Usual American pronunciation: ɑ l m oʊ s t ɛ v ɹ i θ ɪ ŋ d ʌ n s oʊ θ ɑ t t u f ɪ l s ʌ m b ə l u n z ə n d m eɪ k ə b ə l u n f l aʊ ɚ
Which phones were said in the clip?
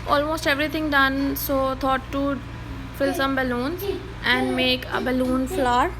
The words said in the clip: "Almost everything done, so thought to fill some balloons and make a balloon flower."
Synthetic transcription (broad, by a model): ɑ l m oʊ s t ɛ v ɹ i t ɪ ŋ d ʌ n s oʊ t ɑ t t u f ɪ l s ʌ m b ə l u n z ə n d m eɪ k ə b ə l u n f l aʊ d